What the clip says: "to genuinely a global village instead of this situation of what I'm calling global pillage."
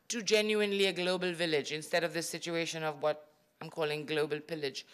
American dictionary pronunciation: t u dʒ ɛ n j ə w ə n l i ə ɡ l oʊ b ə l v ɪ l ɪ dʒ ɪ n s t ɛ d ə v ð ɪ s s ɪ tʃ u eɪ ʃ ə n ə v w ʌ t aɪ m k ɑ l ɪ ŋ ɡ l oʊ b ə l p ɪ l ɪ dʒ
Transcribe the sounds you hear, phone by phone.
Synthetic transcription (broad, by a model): t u dʒ ɛ n j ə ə n l i ə ɡ l oʊ b ə l v ɪ l ɪ dʒ ɪ n s t ɛ d ə v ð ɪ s s ɪ tʃ u eɪ ʃ ə n ə v w ʌ t aɪ m k ɑ l ɪ ŋ ɡ l oʊ b ə l p ɪ l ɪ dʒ